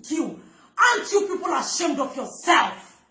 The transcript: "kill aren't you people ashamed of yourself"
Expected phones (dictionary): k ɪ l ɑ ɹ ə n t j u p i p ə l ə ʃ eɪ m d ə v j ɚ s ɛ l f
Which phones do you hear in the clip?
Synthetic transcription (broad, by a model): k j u ə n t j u p i p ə l ə ʃ eɪ m d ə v j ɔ s ɛ l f